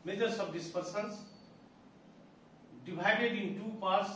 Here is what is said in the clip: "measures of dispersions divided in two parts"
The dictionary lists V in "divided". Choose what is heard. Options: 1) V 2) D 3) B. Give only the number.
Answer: 3